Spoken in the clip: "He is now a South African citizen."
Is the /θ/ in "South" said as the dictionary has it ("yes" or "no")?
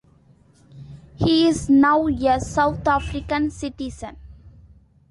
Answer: no